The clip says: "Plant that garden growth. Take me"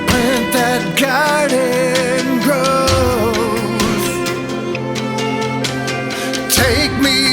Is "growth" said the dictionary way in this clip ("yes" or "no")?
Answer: no